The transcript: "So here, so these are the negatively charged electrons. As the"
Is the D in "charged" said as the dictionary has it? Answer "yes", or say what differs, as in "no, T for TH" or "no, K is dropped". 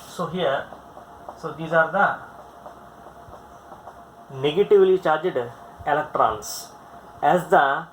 yes